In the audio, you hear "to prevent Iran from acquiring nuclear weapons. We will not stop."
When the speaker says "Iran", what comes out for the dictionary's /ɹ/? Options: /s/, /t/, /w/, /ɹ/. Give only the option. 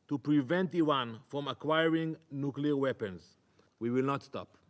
/w/